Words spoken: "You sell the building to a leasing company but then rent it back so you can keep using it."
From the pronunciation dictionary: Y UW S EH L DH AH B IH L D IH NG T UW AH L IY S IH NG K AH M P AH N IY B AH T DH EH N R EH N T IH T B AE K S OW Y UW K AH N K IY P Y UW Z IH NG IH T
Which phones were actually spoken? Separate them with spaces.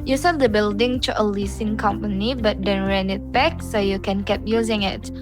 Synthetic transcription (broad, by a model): Y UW S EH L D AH B IH L D IH NG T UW AH L IY S IH NG K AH M P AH N IY B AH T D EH N R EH N IH T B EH K S OW Y UW K AH N K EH P Y UW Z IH NG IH T